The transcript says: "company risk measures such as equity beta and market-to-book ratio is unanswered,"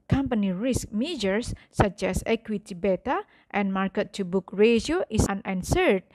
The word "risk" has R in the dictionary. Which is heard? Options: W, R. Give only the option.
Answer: R